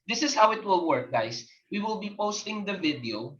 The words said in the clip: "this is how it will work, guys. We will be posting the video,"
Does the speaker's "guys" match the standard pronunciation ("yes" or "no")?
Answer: no